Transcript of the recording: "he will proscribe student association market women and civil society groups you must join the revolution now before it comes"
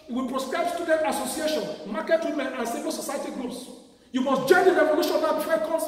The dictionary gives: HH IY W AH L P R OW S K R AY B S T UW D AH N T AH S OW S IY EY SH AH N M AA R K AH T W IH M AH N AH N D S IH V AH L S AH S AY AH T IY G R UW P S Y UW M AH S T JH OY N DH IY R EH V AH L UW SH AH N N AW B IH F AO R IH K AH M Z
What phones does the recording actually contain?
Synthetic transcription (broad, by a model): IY W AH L P R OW S K R AY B S T UW D AH N T AH S OW S IY EY SH AH N M AA K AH T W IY M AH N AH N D S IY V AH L S AH S AY AH T IY G R UW P S Y UW M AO S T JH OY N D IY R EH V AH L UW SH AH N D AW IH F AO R IH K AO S